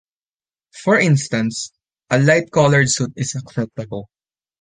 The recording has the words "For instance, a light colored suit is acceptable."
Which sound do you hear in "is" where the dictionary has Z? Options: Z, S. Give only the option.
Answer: S